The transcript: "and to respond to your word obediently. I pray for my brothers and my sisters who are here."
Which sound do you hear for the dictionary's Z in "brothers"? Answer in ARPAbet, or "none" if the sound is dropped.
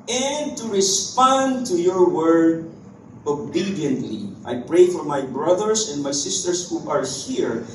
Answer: S